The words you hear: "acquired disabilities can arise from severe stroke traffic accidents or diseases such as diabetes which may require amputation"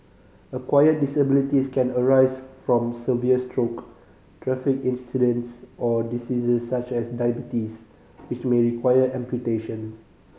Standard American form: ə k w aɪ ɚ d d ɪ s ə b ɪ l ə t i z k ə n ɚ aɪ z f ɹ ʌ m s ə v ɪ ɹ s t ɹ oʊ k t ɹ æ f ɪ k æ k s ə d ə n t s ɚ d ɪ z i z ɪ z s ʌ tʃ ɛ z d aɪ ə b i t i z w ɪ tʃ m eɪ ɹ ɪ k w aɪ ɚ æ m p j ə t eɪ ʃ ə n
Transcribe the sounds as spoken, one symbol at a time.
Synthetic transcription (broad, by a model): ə k w aɪ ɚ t d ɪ s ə b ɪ l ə t i s k ə n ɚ aɪ s f ɹ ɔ m s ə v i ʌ s t ɹ oʊ k t ɹ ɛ f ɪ k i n s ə d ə n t s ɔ d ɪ s i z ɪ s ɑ tʃ ɛ s d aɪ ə b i t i s w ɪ tʃ m eɪ ɹ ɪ k w aɪ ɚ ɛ m p j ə t eɪ ʃ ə n